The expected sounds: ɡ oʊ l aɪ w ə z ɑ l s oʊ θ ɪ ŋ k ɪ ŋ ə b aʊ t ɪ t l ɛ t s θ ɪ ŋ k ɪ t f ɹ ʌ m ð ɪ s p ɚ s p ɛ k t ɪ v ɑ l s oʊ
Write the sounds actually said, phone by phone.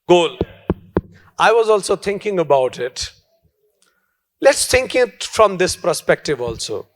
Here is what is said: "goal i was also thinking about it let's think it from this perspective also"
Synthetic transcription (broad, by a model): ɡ oʊ l aɪ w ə z ɑ l s oʊ t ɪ ŋ k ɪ ŋ ə b aʊ t ɪ t l ɛ t s t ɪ ŋ k ɪ t f ɹ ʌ m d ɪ s p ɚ s p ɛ k t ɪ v ɑ l s oʊ